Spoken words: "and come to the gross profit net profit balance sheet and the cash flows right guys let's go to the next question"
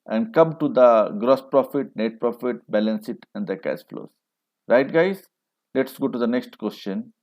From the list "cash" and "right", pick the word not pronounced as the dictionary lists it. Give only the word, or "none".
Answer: cash